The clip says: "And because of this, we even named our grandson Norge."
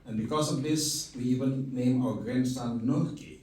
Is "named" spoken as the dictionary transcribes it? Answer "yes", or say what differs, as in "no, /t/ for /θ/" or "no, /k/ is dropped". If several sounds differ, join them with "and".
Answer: no, /d/ is dropped